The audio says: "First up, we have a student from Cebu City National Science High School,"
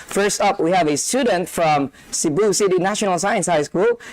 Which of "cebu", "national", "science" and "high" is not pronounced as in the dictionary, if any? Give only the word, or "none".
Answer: none